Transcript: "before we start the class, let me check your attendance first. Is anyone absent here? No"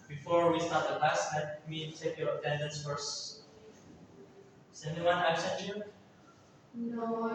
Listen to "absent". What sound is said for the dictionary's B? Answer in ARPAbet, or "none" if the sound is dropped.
none